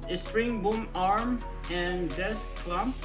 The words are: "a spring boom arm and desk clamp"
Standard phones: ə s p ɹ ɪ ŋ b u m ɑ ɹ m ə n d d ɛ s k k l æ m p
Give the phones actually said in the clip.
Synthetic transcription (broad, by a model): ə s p ɹ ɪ ŋ b u m ɑ ɹ m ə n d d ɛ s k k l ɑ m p